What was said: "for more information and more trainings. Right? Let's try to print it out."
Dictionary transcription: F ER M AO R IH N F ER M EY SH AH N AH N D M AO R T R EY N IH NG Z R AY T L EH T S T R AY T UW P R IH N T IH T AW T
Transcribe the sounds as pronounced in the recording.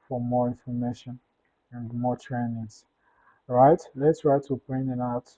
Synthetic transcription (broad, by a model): F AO M AO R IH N F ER M EY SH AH N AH N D M AO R T R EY N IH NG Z R AY T L EH T S T R AY T UW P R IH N IH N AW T